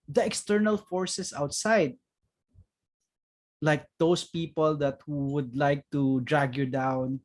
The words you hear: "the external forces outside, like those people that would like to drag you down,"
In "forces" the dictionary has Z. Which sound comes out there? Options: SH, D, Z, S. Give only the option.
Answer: S